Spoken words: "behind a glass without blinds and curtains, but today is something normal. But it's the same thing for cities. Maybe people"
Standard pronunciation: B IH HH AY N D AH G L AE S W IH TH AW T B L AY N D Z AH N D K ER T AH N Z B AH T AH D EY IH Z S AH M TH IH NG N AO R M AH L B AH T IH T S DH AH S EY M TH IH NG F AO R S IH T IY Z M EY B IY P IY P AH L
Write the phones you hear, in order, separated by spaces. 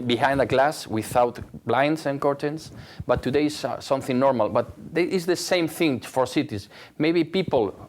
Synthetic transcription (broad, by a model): B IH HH AY N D AH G L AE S W IH TH AW T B L AY N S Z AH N K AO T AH N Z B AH T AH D EY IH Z S AH M TH IH NG N AO R M AH L B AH T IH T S DH AH S EY M TH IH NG F AO R S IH T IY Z M EY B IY P IY P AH L